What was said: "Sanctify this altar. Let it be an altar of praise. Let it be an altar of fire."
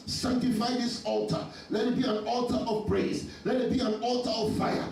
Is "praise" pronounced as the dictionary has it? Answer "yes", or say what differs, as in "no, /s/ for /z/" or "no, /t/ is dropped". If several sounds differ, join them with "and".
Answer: no, /b/ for /p/